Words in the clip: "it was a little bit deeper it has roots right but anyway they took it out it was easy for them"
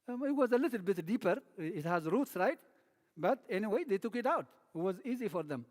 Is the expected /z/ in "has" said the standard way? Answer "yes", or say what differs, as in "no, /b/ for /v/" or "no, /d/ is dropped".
yes